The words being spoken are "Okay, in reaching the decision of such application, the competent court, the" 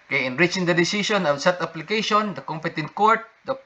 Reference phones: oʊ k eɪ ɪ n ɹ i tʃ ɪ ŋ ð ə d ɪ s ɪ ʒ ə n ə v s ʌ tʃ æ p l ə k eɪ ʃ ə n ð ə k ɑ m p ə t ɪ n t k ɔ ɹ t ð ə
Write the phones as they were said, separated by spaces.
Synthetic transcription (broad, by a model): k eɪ ɪ n ɹ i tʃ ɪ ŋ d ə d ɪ s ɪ s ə n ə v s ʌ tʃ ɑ p l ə k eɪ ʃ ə n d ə k ɑ m p ə t ɪ n t k ɔ ɹ t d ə